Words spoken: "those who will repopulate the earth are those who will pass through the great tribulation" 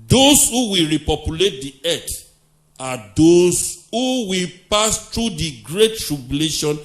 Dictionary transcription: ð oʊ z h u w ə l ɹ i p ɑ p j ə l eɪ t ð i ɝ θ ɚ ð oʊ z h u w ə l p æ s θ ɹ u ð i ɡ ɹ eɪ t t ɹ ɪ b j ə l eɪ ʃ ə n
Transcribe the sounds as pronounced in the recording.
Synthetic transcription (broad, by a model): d oʊ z h u w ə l ɹ i p ɑ p j ə l eɪ t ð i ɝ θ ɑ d oʊ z h u w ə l p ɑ s t ɹ u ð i ɡ ɹ eɪ t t ɹ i b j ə l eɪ ʃ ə n